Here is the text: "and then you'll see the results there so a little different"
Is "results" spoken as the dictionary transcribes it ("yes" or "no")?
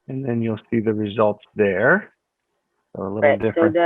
yes